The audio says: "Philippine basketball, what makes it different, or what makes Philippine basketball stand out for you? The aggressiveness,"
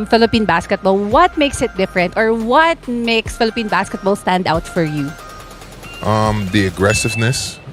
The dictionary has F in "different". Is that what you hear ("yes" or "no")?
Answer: yes